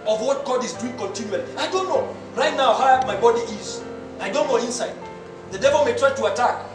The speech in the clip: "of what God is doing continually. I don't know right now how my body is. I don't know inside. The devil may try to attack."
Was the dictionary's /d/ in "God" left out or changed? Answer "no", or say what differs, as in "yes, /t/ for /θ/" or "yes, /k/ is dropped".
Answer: no